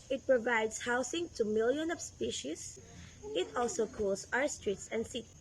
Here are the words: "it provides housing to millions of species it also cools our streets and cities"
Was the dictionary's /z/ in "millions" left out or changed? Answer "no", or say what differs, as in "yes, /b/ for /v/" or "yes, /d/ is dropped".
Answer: yes, /z/ is dropped